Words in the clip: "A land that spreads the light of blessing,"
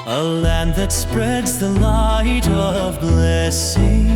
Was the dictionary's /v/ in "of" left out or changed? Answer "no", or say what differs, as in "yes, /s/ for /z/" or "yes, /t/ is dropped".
no